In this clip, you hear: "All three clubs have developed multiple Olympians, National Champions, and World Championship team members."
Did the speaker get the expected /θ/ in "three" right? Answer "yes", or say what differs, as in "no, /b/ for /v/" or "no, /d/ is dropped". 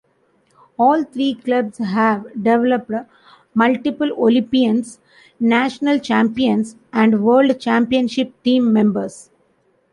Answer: no, /t/ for /θ/